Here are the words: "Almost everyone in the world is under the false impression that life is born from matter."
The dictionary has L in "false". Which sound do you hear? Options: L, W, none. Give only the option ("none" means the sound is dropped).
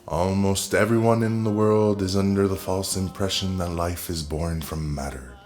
L